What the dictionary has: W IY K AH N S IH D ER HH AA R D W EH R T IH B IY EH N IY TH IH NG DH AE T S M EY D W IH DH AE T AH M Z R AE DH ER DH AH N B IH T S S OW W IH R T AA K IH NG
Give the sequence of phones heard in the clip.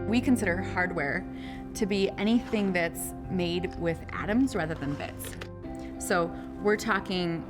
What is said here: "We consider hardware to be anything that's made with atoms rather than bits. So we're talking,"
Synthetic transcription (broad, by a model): W IY K AH N S IH D ER HH AA R D W EH R T IH B IY EH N IY TH IH NG DH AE T S M EY D W IH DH AE T AH M Z R AE DH ER DH AH N B IH T S S OW W IH R T AA K IH NG